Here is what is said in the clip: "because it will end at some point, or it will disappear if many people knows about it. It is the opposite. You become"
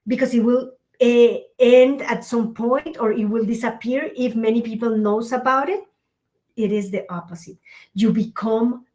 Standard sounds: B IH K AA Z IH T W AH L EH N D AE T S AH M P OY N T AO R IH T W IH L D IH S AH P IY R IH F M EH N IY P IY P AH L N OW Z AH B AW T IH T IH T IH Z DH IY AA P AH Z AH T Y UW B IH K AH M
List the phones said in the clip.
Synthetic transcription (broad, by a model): B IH K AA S IH T W AH L EH N D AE T S AH M P OY N T AO R IH T W IH L D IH S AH P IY R IH F M EH N IY P IY P AH L N OW S AH B AW T IH T IH T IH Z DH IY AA P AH S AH T Y UW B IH K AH M